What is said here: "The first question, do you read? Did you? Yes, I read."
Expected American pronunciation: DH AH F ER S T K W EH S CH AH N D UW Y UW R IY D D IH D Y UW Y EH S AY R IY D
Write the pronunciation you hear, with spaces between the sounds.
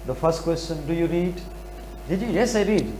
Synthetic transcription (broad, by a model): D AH F ER S T K W EH S CH AH N D UW Y UW R IY D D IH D Y UW Y EH S AY R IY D